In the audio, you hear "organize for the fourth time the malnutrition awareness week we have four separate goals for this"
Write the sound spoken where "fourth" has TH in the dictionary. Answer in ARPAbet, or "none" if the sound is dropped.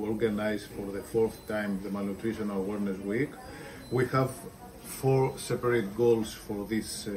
TH